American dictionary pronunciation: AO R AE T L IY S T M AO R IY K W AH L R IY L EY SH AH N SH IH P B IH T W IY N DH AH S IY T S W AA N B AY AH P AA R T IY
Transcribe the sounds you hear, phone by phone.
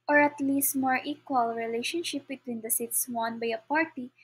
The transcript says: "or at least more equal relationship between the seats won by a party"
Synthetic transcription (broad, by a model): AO R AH T L IY S T M AO R IY K W AH L R IY L EY SH AH N SH IH P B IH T W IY N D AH S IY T S W AA N B AY AH P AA R T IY